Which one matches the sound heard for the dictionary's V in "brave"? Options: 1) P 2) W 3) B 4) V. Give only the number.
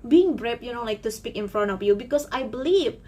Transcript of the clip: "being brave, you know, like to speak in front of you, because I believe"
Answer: 1